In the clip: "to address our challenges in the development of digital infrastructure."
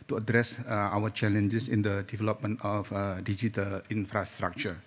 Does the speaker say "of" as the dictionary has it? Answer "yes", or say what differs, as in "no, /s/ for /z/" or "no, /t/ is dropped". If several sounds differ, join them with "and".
no, /f/ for /v/